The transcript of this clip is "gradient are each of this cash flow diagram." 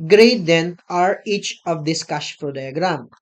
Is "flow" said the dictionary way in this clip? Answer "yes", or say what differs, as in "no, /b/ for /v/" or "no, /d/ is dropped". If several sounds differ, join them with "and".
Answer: no, /l/ is dropped